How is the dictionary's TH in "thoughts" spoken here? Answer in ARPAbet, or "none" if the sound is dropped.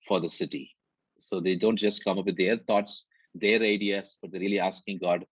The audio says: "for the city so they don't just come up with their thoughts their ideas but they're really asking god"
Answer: T